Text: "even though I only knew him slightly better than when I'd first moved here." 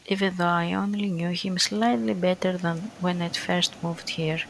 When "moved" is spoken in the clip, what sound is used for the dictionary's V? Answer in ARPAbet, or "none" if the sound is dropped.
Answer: V